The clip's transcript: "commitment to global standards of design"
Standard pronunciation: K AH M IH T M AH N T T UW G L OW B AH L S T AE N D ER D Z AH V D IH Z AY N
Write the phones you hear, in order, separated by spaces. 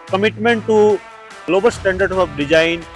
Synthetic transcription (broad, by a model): K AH M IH T M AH N T T UW G L OW B AH L S T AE N D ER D AH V D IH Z AY N